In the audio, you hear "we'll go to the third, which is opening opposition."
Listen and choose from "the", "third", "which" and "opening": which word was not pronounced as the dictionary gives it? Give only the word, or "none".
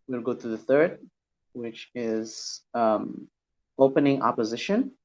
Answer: none